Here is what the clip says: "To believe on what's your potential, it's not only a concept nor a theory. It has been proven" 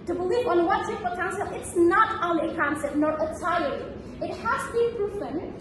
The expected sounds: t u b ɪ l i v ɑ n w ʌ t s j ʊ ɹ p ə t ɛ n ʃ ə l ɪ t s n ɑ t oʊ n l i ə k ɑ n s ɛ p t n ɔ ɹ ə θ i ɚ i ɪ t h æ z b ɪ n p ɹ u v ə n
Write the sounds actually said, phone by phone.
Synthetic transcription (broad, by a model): t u b ɪ l i v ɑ n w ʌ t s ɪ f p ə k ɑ n s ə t ɪ t s n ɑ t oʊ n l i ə k ɑ n s ɛ p t n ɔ ɹ ə t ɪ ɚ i ɪ t h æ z b ɪ n p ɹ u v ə n